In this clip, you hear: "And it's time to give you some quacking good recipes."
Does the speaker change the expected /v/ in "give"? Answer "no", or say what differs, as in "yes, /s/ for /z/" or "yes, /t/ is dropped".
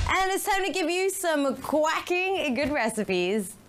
no